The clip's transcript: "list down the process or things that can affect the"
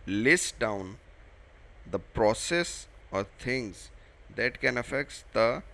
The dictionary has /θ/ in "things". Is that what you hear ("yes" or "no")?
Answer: no